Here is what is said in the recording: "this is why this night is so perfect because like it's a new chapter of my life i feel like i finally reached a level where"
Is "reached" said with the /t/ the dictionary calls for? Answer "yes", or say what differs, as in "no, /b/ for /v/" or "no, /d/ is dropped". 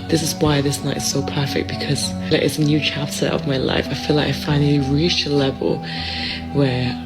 no, /t/ is dropped